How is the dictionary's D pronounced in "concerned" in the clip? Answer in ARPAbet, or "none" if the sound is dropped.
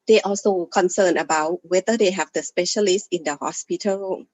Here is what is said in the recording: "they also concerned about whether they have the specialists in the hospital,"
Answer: none